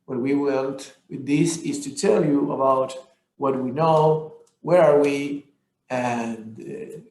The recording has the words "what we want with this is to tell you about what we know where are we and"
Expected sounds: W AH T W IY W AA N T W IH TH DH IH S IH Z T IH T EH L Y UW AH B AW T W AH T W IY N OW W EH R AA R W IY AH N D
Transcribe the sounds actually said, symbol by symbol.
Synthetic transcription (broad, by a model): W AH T W IY W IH L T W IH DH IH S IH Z T IH T EH L Y UW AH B AW T W AH T W IY N OW W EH R AA R W IY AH N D